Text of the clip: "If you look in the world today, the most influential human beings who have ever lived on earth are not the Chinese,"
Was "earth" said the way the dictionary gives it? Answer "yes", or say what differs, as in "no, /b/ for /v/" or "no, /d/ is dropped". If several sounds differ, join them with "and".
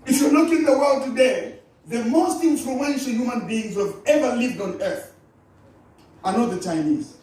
yes